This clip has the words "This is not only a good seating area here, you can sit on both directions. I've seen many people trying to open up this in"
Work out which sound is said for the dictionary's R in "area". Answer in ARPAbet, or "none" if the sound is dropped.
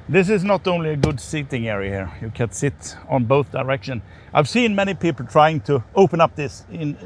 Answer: R